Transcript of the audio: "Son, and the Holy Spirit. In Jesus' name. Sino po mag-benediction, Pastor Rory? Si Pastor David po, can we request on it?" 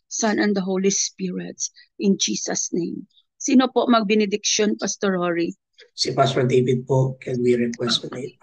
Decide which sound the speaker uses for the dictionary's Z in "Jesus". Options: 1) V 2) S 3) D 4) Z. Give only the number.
2